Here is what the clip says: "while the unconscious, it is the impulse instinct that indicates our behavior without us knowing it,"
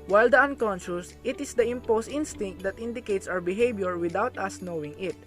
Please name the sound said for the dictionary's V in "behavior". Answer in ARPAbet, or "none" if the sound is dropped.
B